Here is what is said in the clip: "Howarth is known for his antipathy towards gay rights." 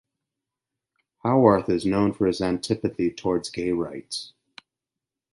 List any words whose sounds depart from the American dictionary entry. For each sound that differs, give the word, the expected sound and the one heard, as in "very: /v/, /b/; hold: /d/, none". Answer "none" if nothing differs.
none